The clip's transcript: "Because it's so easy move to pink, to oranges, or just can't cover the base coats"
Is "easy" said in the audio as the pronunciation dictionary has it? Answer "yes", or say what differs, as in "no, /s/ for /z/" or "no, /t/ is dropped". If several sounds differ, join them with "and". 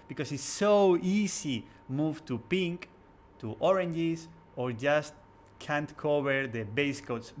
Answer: no, /s/ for /z/